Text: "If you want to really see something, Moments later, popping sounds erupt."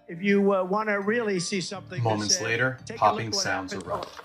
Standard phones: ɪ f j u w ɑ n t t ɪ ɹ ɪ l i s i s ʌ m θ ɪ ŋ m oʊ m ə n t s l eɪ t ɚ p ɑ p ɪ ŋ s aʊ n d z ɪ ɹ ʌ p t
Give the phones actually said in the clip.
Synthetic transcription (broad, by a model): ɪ f j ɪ w ɑ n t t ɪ ɹ ɪ l i s i s ʌ m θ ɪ m oʊ m ə n t s l eɪ t ɚ p ɑ p ɪ ŋ s aʊ n d z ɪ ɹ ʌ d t